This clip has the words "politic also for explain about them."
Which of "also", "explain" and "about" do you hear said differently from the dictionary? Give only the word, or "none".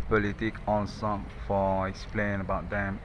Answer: also